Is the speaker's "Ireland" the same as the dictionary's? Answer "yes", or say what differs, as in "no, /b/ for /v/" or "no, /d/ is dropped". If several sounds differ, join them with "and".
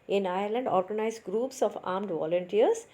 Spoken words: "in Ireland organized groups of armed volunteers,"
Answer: yes